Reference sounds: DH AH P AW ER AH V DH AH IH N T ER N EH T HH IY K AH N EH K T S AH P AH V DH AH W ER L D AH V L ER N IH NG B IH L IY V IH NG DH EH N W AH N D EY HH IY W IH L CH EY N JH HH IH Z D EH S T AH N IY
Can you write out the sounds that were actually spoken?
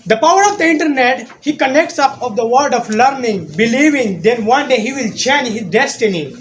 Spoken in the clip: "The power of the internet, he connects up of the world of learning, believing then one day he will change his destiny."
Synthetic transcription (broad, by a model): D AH P AW ER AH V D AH IH N T ER N EH T HH IY K AH N EH K T S AH P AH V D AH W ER D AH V L ER N IH NG B IH L IY V IH NG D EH N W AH N D EY HH IY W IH L CH EY N JH HH IH Z D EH S T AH N IY